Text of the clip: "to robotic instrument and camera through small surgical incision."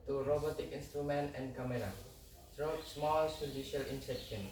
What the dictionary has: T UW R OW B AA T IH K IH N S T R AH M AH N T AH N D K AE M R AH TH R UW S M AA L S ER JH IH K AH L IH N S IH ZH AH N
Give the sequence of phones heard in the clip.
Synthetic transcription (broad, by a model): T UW R OW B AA T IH K IH N S T R AH M AH N T AH N D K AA M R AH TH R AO S M AA L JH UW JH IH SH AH L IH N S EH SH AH N